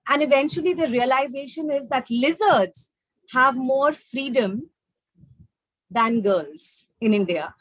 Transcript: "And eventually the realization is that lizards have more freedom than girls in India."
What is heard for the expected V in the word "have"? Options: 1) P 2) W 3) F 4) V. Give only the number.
4